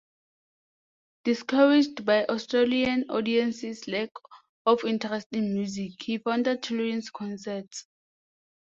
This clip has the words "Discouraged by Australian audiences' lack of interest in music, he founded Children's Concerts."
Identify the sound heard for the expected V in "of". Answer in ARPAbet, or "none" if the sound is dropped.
F